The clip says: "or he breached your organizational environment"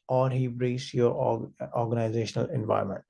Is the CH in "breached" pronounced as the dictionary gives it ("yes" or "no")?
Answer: no